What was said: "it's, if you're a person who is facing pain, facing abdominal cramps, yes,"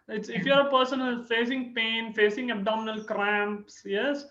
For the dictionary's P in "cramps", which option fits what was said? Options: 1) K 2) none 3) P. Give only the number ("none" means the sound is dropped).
3